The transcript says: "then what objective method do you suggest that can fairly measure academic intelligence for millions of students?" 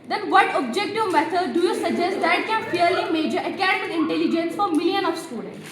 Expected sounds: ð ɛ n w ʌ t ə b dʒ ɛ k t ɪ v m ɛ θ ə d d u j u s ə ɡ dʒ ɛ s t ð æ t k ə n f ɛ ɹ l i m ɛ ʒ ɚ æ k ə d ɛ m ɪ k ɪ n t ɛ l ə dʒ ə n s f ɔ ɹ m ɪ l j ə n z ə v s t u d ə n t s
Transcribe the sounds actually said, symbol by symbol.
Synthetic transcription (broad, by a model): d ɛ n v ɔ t ə b dʒ ɛ k t ɪ v m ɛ t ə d d u j u s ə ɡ dʒ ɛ s t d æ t k ə n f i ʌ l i m ɛ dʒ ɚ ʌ k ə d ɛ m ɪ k ɪ n t ɛ l ə dʒ ə n s f ɔ ɹ m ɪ l j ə n ə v s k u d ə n